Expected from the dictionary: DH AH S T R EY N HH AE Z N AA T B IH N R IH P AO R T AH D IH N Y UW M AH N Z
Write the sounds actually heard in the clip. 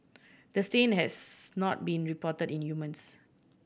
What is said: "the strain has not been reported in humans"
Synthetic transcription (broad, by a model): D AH S T EY N HH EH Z N AA T B IH N R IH P AO T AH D IH N Y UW M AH N S